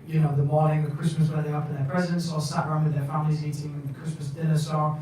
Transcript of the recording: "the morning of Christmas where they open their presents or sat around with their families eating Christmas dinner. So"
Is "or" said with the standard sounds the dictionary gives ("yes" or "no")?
no